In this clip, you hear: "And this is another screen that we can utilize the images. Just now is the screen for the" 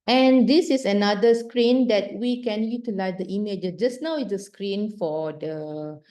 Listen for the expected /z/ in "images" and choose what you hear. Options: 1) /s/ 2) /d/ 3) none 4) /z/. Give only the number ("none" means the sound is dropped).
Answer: 3